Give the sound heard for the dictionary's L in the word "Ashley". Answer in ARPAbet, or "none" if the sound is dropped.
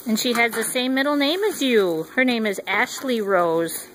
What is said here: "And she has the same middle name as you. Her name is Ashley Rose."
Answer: L